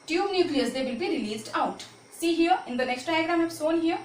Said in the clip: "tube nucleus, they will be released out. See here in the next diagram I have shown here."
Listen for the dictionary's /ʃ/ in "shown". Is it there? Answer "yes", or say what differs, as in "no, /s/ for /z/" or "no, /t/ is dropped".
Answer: no, /s/ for /ʃ/